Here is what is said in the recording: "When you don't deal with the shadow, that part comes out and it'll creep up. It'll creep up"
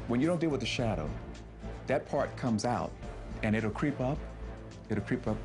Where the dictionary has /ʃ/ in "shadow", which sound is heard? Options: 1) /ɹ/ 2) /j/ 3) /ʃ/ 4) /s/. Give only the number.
3